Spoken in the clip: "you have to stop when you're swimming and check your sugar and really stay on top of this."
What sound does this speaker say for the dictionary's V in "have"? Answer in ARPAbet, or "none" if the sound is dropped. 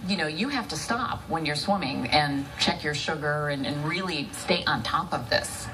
F